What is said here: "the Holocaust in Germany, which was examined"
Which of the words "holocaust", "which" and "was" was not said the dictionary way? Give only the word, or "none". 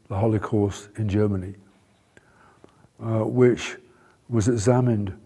none